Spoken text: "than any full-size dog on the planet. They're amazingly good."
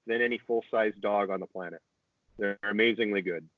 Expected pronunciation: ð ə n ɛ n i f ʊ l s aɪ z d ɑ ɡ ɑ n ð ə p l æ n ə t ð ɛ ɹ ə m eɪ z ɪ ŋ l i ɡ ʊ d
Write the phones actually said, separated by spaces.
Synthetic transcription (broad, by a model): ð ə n ɛ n i f ʊ l s aɪ z d ɑ ɡ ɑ n ð ə p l æ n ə t ð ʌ ɹ ə m eɪ z ɪ ŋ l i ɡ ʊ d